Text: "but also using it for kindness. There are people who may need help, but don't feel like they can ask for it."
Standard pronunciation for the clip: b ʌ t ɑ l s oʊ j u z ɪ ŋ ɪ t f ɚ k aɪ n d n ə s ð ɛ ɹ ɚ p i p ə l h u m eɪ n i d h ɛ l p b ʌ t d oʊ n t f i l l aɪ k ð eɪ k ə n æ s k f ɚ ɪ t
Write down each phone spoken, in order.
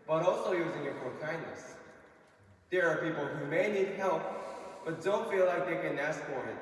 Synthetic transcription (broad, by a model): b ʌ t ɑ l s oʊ j u z ɪ ŋ ɪ t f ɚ k aɪ n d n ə s ð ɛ ɹ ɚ p i p l h u m eɪ n i d h ɛ l p b ʌ t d oʊ n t f i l l aɪ k ð eɪ k ə n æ s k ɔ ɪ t